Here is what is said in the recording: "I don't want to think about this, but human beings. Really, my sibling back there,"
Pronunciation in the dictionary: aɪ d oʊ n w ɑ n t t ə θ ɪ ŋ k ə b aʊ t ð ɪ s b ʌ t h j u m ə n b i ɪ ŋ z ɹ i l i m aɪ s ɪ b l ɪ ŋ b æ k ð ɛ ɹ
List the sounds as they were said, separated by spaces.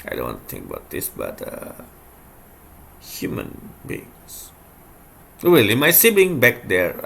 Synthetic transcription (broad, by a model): aɪ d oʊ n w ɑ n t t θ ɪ ŋ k ə b aʊ t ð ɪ s b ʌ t h j u m ə n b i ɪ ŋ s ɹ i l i m aɪ s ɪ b ɪ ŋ b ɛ k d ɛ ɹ